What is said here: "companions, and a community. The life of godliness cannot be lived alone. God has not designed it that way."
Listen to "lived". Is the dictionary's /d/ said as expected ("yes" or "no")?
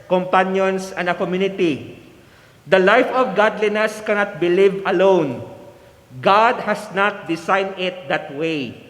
no